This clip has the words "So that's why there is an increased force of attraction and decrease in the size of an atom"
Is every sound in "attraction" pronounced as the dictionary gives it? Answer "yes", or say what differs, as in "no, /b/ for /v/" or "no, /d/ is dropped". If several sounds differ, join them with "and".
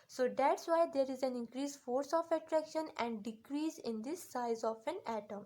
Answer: yes